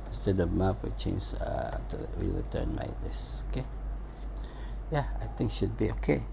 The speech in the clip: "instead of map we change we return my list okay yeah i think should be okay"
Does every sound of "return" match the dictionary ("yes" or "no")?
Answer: no